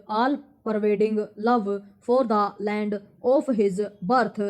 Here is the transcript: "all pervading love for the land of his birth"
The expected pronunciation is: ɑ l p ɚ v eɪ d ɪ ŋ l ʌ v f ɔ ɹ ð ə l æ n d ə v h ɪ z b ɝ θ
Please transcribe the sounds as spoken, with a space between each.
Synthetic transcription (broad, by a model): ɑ l p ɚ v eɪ d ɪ ŋ l ʌ v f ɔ ɹ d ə l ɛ n d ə p h ɪ z b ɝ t